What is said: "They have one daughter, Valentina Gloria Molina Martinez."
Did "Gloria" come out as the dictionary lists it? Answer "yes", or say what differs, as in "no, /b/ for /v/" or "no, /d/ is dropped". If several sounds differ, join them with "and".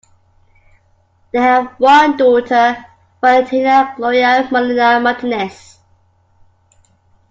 no, /ɹ/ is dropped